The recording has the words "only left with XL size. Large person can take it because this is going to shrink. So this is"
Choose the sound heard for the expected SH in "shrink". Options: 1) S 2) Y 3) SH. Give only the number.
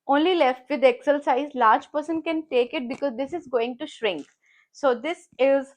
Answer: 3